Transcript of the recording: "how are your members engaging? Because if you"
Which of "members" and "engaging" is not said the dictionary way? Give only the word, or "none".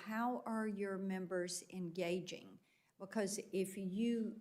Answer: none